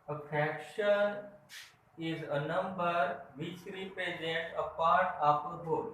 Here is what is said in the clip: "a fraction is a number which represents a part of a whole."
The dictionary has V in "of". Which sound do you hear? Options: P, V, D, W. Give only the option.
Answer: P